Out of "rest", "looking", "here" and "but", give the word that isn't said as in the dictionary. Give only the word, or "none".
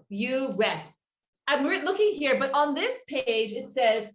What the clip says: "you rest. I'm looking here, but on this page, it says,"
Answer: rest